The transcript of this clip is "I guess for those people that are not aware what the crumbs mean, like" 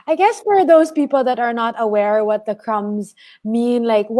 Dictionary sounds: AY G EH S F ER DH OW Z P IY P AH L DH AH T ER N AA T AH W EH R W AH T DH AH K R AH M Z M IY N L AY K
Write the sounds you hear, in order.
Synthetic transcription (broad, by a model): AY G EH S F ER DH OW Z P IY P L DH AH T ER N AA T AH W EH R W AH T DH AH K R AH M Z M IY N L AY K